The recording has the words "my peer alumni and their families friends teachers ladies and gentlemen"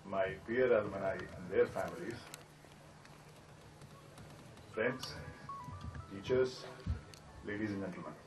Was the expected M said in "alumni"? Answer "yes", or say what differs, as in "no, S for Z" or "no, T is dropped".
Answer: no, M is dropped